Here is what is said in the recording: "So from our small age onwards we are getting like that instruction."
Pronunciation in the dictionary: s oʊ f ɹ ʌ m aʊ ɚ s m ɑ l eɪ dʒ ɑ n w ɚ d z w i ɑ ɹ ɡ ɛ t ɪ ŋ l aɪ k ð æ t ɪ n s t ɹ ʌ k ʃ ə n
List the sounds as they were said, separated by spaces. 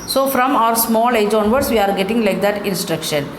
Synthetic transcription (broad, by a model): s oʊ f ɹ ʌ m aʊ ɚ s m ɑ l eɪ dʒ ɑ n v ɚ d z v i ɑ ɹ ɡ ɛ t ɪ ŋ l aɪ k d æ t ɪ n s t ɹ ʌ k ʃ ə n